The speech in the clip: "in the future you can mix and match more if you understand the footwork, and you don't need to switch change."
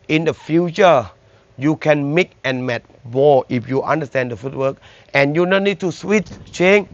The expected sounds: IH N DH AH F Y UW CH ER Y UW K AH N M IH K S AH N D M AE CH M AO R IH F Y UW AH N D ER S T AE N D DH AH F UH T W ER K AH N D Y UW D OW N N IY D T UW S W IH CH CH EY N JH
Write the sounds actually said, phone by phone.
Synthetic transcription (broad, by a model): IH N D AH F Y UW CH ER Y UW K AH N M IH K AH N M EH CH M AO IH F Y UW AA N D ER S T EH N D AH F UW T W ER K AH N Y UW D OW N N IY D T UW S W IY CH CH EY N